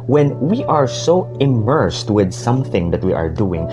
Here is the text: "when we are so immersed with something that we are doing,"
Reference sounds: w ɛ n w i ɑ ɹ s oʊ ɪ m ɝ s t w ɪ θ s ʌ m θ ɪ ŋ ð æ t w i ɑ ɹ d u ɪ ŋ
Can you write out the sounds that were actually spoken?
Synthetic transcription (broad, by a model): w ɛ n w i ɑ ɹ s oʊ ɪ m ɝ s t w ɪ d s ʌ m θ ɪ ŋ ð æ t w i ɑ ɹ d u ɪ ŋ